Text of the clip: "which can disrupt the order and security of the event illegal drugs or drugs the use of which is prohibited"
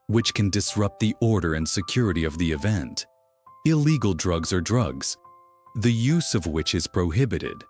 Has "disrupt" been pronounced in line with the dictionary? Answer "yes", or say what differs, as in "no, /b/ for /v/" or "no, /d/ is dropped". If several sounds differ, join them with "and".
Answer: yes